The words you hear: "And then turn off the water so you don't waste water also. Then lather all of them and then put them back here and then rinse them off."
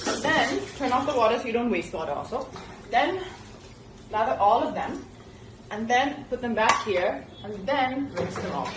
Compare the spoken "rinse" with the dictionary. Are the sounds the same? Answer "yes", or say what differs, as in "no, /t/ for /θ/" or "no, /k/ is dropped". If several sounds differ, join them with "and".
no, /n/ is dropped